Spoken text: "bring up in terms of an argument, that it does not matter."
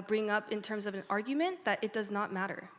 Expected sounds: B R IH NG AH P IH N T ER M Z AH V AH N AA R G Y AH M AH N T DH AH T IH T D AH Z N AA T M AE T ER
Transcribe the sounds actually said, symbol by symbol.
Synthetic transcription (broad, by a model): B R IH NG AH P IH N T ER M Z AH V AH N AA R G Y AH M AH N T DH AH T IH T D AH Z N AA T M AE T ER